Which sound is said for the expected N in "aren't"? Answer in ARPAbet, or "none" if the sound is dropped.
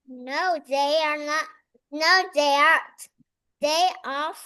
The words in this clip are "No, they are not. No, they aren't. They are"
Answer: none